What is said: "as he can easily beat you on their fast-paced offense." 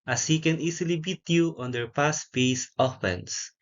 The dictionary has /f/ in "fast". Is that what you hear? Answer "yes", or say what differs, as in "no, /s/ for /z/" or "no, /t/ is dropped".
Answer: no, /p/ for /f/